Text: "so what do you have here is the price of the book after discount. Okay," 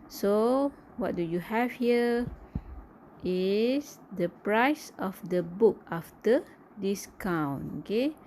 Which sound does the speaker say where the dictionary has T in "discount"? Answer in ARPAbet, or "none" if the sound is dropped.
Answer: none